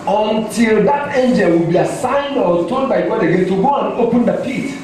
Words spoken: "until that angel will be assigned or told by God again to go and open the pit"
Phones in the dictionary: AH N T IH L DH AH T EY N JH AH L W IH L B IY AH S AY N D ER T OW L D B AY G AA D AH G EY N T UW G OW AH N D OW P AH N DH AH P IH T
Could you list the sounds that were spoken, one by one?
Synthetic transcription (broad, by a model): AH N T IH L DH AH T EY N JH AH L W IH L B IY AH S AY N D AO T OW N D B AY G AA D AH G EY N T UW G OW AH N OW P AH N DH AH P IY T